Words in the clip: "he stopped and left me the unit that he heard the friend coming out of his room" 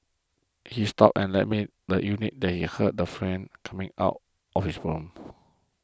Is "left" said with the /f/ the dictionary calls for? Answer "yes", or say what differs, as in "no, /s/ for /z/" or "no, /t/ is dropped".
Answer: no, /f/ is dropped